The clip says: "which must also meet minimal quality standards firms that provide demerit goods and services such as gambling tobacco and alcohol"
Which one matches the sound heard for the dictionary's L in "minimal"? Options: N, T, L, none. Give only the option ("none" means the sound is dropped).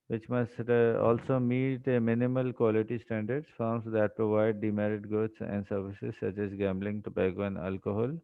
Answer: L